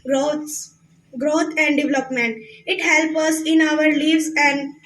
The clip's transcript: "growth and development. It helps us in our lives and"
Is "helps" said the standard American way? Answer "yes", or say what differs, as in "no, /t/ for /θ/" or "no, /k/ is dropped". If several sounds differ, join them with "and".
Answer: no, /s/ is dropped